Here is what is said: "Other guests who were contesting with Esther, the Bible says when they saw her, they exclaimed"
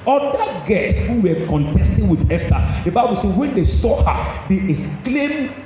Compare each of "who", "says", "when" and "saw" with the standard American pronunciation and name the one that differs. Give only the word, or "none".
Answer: says